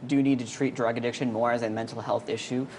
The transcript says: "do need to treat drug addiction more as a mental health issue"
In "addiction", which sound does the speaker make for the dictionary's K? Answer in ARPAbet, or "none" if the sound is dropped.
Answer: K